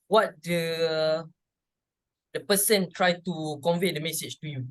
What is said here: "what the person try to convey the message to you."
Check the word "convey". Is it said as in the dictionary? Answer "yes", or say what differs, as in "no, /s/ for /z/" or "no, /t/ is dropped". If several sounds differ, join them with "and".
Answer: yes